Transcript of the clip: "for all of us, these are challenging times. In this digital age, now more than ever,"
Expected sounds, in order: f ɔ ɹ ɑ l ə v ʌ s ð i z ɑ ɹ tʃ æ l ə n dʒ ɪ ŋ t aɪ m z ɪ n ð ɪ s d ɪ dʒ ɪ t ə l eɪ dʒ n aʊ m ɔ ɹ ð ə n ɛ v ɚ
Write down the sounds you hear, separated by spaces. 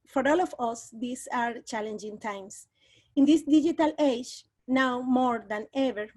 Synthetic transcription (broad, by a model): f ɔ ɹ ɑ l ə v ʌ s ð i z ɑ ɹ tʃ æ l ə n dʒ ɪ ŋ t aɪ m s ɪ n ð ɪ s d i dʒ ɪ t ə l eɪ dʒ n aʊ m ɔ ɹ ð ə n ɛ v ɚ